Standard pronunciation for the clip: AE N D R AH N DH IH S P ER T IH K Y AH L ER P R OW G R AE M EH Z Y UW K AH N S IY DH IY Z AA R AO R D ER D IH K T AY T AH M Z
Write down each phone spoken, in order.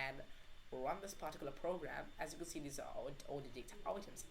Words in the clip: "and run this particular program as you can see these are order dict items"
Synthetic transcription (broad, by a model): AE N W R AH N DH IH S P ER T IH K Y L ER P R OW G R AE M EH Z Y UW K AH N S IY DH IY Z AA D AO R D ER D IH K T AY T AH M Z